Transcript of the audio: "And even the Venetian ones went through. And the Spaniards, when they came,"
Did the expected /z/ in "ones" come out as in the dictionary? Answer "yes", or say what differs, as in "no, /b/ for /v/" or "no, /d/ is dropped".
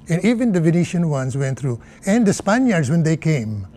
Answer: no, /s/ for /z/